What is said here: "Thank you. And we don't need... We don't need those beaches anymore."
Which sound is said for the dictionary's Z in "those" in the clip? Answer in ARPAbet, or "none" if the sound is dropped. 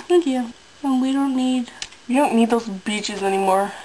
Z